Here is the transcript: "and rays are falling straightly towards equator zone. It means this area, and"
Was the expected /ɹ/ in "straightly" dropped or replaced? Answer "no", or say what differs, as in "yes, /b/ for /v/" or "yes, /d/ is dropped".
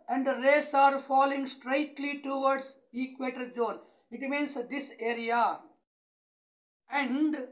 no